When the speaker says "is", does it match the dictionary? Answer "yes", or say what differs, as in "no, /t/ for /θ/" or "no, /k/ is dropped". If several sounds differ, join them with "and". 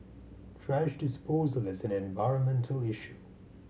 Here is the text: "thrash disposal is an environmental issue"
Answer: yes